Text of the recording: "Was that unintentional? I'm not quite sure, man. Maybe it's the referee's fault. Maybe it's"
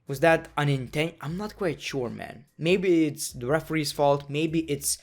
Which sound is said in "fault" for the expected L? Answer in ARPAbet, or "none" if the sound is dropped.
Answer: L